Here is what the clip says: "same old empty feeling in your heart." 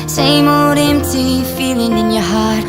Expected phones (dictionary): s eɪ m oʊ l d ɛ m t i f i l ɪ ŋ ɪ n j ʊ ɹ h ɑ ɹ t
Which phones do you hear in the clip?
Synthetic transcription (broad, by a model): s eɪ m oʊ d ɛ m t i f i l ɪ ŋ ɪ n j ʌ ɹ h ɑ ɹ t